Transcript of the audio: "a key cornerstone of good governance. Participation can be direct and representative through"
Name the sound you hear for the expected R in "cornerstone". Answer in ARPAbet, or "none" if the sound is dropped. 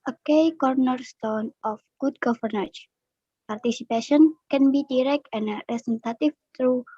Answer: R